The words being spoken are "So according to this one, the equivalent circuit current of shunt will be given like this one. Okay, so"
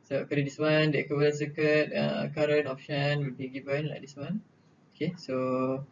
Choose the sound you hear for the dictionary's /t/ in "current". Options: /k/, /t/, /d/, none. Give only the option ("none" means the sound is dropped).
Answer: none